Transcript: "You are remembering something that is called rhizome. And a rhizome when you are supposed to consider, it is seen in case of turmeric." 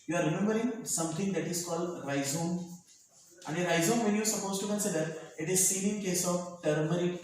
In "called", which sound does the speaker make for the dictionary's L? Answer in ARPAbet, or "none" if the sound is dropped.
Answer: L